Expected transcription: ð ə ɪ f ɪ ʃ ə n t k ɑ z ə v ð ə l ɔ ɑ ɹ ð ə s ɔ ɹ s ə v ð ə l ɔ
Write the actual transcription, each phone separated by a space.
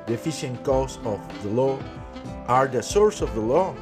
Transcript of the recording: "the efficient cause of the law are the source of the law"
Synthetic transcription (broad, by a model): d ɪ f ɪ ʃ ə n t k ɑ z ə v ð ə l ɔ ɑ ɹ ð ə s ɔ ɹ s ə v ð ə l ɔ